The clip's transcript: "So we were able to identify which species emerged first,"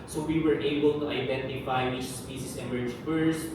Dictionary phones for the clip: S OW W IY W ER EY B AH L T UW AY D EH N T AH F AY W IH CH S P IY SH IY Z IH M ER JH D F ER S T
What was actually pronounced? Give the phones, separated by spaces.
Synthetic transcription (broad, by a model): S OW W IY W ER EY B AH L T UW AY D EH N T AH F AY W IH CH S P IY S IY S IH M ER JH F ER S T